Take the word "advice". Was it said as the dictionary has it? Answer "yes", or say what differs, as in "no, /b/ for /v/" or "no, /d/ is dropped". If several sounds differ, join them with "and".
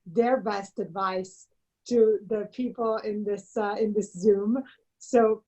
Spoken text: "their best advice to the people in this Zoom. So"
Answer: yes